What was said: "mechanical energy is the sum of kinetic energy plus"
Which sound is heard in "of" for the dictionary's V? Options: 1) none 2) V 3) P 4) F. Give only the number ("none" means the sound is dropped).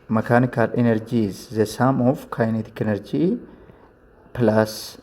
4